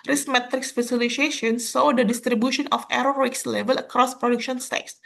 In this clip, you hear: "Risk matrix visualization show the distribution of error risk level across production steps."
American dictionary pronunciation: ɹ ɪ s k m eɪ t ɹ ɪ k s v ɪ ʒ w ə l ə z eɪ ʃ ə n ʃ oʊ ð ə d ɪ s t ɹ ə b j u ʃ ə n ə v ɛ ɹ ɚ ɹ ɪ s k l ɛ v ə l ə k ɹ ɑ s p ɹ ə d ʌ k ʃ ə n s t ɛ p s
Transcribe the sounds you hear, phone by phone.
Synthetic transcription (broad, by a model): ɹ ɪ s m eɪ t ɹ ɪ k s f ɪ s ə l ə s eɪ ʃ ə n s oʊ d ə d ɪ s t ɹ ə b j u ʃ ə n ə f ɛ ɹ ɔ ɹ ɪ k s l ɛ v ə l ə k ɹ ɑ s p ɹ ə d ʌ k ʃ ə n s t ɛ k s